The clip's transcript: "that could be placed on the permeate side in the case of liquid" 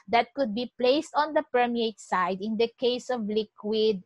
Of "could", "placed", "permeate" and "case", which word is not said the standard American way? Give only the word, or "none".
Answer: none